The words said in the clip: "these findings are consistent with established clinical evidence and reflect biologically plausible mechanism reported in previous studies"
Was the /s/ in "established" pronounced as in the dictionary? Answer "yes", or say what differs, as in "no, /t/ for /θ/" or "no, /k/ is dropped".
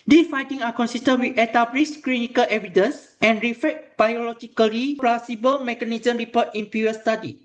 no, /s/ is dropped